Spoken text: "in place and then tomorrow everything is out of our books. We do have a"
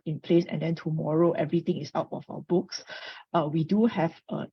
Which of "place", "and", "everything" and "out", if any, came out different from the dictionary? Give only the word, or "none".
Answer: everything